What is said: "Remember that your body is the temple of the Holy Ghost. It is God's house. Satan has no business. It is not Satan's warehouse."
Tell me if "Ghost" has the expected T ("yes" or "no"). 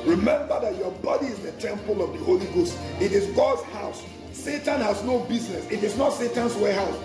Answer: yes